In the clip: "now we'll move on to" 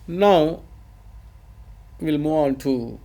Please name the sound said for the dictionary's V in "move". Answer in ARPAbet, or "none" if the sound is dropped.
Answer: none